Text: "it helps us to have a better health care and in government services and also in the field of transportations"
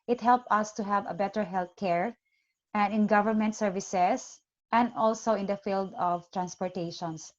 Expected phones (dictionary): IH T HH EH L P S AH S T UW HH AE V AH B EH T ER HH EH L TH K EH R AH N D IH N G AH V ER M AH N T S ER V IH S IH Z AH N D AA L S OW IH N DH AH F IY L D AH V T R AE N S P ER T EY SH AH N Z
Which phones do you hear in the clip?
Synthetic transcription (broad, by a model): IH T HH EH L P AH S T UW HH AE V AH B EH T ER HH EH L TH K EH R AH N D IH N G AH V ER M AH N T S ER V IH S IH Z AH N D AA L S OW IH N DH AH F IY L D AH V T R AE N S P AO T EY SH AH N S